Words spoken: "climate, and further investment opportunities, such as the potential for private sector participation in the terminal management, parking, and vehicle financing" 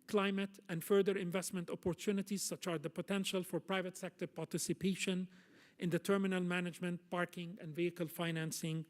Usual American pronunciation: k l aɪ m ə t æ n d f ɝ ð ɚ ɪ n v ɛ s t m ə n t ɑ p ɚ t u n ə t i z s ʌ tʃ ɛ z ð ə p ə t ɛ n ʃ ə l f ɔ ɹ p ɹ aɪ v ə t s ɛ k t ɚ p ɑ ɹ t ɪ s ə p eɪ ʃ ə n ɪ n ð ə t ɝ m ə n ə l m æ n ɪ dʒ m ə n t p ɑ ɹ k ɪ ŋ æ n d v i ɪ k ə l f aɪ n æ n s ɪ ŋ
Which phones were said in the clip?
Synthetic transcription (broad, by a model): k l aɪ m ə t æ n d f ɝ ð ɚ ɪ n v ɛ s t m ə n t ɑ p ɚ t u n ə t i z s ʌ tʃ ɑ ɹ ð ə p ə t ɛ n ʃ ə l f ɔ ɹ p ɹ aɪ v ə t s ɛ k t ɚ p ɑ ɹ t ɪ s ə p eɪ ʃ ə n ɪ n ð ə t ɝ m ə n ə l m æ n ɪ dʒ m ə n t p ɑ ɹ k ɪ ŋ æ n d v i ɪ k ə l f aɪ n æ n s ɪ ŋ